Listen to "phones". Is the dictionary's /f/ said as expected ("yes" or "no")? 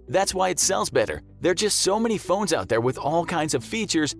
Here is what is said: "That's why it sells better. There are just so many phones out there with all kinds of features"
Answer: yes